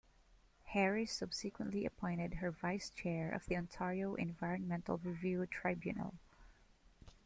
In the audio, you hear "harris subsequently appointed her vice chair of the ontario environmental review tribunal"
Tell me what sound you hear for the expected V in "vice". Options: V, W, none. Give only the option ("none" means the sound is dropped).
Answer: V